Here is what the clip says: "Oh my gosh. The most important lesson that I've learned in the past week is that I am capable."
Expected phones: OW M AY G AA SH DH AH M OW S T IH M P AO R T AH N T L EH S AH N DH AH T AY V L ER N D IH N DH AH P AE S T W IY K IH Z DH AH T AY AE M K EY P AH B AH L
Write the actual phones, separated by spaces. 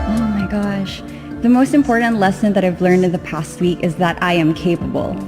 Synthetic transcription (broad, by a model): OW M AY G AA SH DH AH M OW S T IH M P AO R T N T L EH S AH N DH AH T AY V L ER N D IH N DH AH P AE S T W IY K IH Z DH AH T AY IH M K EY P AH B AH L